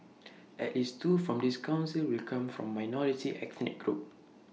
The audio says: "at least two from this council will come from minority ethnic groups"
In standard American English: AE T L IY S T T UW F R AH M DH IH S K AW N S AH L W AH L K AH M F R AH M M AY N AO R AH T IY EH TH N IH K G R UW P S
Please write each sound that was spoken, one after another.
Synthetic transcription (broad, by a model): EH T L IY S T T UW F R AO M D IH S K AW N S AH L W AH L K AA M F R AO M M AY N AO R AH T IY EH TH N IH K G R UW P